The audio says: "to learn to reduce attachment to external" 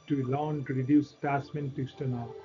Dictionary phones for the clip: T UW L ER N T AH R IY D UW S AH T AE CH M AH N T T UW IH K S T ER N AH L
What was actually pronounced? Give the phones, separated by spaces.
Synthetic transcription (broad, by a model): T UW L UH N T R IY D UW S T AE S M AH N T T UW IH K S T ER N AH